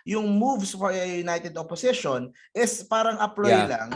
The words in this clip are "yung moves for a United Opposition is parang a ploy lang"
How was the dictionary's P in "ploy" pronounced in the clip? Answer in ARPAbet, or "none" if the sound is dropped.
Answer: P